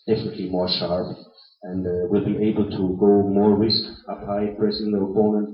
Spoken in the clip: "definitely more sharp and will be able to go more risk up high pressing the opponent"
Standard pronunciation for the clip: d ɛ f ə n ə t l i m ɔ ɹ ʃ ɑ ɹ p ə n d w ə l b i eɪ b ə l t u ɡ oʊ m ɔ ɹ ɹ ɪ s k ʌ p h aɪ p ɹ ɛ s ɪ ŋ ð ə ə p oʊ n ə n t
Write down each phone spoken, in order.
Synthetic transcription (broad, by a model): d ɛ f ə n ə t l i m ɔ ɹ ʃ ɑ ɹ p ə n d w ə l b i eɪ b ə l t u ɡ oʊ m ɔ ɹ ɹ ɪ s k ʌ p h aɪ p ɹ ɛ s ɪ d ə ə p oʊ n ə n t